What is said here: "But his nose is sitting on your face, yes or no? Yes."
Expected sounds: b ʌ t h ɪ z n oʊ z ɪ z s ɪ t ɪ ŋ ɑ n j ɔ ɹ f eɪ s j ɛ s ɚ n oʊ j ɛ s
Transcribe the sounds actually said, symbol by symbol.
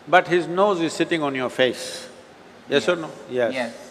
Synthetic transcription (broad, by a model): b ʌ t h ɪ z n oʊ z ɪ z s ɪ t ɪ ŋ ɑ n j ɔ ɹ f eɪ s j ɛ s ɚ n oʊ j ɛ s